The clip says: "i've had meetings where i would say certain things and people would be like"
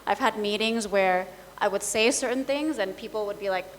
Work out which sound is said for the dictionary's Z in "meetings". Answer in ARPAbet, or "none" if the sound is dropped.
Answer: Z